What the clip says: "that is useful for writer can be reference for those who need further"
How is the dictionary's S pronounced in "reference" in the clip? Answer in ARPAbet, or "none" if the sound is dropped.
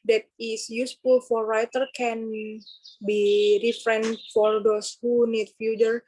none